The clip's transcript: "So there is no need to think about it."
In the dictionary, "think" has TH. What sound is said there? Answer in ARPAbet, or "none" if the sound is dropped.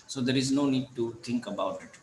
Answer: T